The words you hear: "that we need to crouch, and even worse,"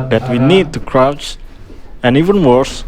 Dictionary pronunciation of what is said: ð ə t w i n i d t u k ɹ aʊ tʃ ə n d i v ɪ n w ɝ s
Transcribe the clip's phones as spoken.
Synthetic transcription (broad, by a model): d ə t w i n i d t u k ɹ aʊ tʃ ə n i v ɪ n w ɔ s